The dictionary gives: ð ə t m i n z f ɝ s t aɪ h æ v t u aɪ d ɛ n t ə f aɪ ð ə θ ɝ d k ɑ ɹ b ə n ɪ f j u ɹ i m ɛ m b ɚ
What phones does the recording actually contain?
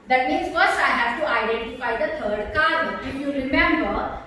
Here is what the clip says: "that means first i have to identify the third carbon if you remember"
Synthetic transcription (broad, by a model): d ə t m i n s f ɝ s aɪ h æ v t u aɪ d ɛ n t ə f aɪ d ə t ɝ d k ɑ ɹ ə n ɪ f j u ɹ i m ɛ m b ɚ